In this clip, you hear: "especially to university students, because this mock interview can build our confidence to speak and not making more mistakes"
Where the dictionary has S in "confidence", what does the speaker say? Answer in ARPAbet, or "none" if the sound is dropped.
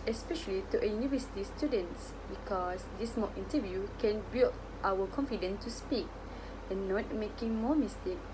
none